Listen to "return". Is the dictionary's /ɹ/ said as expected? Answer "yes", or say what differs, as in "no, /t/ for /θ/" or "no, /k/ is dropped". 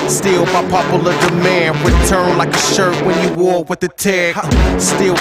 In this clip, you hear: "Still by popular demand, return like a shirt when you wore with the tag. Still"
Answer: no, /w/ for /ɹ/